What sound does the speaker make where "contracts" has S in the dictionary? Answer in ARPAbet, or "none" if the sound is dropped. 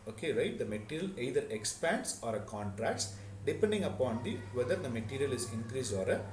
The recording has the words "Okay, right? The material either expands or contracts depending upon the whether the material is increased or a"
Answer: S